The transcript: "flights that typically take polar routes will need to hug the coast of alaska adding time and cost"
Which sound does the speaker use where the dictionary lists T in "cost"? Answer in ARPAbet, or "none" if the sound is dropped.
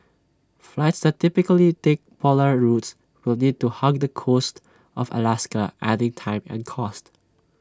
T